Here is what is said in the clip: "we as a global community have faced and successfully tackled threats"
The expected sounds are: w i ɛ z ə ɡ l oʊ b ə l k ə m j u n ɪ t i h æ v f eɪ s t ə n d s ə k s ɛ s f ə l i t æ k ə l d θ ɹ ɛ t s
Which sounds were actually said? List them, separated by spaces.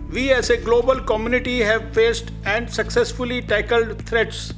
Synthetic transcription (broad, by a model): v i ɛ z ə ɡ l oʊ b ə l k ə m j u n ɪ t i h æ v f eɪ s t ə n d s ə k s ɛ s f ə l i t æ k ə l d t ɹ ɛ t s